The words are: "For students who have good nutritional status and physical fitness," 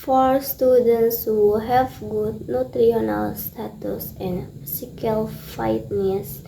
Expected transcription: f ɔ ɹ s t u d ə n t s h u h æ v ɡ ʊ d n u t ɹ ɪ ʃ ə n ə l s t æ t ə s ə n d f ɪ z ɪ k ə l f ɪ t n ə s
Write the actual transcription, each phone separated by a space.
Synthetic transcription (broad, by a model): f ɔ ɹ s t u d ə n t s h u h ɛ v ɡ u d n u t ɹ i ə n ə l s t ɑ t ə s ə n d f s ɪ k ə l f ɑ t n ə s